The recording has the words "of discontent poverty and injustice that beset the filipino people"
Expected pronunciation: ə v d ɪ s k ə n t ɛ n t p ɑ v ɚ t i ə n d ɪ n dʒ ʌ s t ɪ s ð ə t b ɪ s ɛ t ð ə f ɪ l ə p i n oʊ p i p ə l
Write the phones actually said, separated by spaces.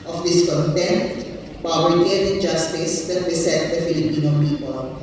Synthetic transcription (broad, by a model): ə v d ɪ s k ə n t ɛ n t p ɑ b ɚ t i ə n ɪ n dʒ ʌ s t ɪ s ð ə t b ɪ s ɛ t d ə f ɪ l ə p i n oʊ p i p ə l